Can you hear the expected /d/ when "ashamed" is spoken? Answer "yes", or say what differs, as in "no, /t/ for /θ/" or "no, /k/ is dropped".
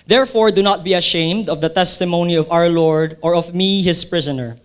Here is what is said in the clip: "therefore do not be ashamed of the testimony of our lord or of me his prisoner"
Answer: yes